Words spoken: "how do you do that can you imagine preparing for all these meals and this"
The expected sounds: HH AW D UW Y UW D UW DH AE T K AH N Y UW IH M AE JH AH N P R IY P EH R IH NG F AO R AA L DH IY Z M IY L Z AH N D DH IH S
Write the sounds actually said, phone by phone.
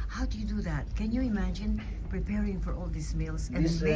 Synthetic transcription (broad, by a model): HH AW D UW Y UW D UW DH AE T K AH N Y UW IH M AE JH AH N P R IY P EH R IH NG F AO R AA L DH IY S M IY L S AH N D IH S